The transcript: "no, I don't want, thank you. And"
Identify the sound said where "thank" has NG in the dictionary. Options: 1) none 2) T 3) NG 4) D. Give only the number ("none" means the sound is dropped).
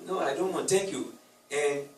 1